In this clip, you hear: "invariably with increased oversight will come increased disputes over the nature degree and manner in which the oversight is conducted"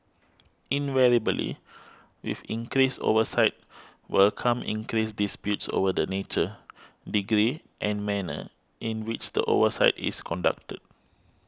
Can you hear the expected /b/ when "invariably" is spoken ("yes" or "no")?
no